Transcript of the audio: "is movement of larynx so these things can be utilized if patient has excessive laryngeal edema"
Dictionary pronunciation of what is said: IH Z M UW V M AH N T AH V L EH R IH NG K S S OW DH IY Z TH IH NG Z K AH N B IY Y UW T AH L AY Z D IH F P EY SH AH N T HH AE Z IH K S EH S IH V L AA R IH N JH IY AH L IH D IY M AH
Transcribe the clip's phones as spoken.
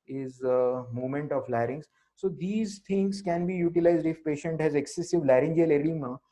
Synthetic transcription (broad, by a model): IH Z M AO M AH N T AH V L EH R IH NG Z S S OW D IY Z T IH NG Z K AH N B IY Y UW T AH L AY Z D IH F P EY SH AH N T HH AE Z IH K S EH S IH V L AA R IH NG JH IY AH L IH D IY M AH